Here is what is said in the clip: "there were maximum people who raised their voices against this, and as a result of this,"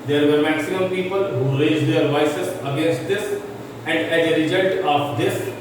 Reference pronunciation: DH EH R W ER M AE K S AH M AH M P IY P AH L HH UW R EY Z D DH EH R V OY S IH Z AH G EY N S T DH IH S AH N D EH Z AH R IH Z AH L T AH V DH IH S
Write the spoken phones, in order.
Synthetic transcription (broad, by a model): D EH R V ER M AE K S AH M AH M P IY P AH L HH UW R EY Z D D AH R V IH S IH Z AH G EY N S T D IH S AH N D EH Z AH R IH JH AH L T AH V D IH S